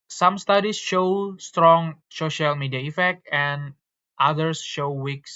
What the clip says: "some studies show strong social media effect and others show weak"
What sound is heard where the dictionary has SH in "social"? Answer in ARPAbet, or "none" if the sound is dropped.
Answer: SH